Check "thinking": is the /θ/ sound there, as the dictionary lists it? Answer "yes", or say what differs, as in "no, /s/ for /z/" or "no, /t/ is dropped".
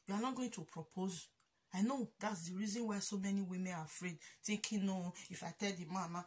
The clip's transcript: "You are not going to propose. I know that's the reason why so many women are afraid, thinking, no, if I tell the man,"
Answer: no, /t/ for /θ/